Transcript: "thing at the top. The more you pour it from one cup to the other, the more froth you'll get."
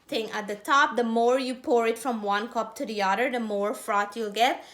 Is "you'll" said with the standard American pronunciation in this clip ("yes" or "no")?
yes